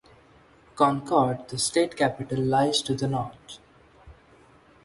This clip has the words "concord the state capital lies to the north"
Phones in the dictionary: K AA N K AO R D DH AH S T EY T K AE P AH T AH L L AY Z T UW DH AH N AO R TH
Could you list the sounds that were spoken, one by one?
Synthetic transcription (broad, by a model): K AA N K AO R D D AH S T EY T K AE P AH T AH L L AY Z T UW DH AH N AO R T